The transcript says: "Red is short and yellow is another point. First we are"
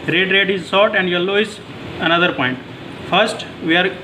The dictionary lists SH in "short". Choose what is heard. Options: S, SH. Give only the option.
S